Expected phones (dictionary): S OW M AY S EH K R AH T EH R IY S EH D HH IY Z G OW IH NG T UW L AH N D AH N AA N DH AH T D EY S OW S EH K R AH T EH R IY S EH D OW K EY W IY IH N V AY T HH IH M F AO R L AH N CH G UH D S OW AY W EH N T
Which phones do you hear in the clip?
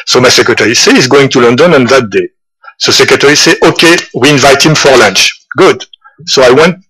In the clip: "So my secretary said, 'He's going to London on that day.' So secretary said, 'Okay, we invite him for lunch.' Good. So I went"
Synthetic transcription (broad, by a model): S OW M AY S EH K R AH T EH R IY S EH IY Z G OW IH NG T UW L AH N D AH N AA N DH AH T D EY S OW S EH K R AH T EH R IY S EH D OW K EY W IY IH N V AY T HH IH M F AO R L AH N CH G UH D S OW AY W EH N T